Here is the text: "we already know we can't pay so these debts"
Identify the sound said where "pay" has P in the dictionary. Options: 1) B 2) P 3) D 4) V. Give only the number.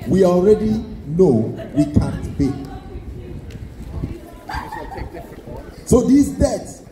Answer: 1